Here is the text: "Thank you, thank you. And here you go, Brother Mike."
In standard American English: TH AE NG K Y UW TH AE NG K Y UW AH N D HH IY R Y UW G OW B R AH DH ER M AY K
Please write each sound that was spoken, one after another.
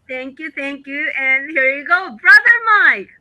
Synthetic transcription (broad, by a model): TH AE NG K Y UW TH AE NG K Y UW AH N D HH IY R Y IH G OW B R AH DH ER M AY K